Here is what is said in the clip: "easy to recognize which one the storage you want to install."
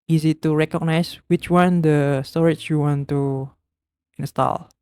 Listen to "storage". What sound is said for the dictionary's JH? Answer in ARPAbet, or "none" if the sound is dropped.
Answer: CH